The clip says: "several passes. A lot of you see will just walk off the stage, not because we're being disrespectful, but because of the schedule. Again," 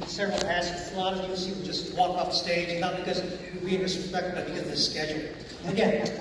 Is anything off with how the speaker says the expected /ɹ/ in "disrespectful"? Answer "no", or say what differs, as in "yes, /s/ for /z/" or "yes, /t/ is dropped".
yes, /ɹ/ is dropped